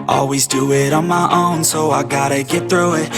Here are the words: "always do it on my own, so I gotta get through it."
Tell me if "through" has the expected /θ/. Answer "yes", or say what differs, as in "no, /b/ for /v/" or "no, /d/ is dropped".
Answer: yes